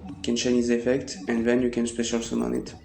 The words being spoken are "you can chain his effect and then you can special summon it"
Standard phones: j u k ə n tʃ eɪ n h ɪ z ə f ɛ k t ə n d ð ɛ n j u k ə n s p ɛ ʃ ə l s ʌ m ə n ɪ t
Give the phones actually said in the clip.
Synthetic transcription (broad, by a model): k ə n ʃ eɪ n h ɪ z ə f ɛ k t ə n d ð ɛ n j u k ə n s p ɛ ʃ ə l s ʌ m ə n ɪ t